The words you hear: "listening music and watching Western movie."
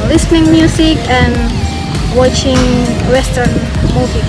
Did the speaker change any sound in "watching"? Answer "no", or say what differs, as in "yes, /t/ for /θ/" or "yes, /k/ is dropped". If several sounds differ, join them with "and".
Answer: no